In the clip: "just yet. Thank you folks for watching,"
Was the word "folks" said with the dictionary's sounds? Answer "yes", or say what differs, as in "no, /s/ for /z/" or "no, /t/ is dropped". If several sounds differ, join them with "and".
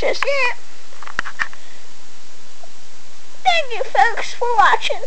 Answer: yes